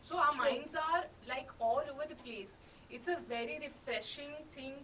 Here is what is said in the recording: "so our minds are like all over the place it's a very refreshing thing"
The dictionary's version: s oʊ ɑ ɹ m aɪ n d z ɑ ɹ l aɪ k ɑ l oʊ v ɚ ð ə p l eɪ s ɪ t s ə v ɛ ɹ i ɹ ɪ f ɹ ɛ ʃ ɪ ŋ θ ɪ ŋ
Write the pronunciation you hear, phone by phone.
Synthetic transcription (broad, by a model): s oʊ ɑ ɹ m aɪ n d z ɑ ɹ l aɪ k ɑ l oʊ v ɚ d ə p l eɪ s ɪ t s ə v ɛ ɹ i ɹ ɪ f ɹ ɛ ʃ ɪ ŋ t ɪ ŋ